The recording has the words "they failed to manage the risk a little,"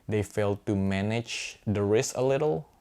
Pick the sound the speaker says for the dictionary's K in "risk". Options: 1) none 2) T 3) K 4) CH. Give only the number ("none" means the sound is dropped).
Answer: 1